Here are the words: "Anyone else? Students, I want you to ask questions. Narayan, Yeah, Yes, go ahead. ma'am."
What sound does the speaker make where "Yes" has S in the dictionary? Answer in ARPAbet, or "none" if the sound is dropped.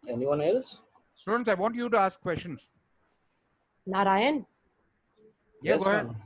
none